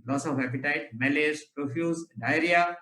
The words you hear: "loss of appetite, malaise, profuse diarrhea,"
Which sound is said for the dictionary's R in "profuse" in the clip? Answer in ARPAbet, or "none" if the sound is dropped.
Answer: R